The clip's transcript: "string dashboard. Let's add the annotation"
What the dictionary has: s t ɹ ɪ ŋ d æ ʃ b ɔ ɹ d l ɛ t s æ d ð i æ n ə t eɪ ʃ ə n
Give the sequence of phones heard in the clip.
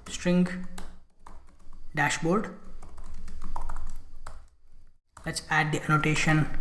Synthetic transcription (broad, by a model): s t ɹ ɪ ŋ d æ ʃ b ɔ ɹ d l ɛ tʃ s æ d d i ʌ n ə t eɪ ʃ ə n